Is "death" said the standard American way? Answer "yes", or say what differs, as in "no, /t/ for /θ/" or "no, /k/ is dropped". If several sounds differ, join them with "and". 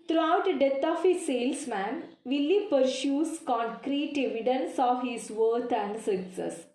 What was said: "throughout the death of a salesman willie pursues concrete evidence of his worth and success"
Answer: no, /t/ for /θ/